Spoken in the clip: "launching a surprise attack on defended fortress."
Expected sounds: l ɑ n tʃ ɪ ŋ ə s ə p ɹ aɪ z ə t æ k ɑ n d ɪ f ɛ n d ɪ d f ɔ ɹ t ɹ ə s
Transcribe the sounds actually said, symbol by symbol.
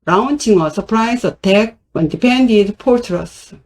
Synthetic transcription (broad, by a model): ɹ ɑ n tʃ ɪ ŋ ə s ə p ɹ aɪ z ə t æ k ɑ n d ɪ p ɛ n d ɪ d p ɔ ɹ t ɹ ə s